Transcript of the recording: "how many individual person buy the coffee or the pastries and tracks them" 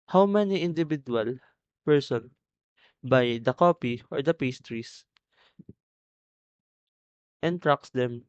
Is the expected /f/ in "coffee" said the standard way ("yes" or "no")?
no